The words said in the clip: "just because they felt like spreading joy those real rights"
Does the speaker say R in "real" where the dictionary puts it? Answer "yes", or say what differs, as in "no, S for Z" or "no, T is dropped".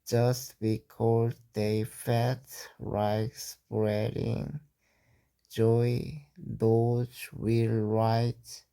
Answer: no, W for R